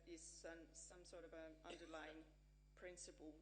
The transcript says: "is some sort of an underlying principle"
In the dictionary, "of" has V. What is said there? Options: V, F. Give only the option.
V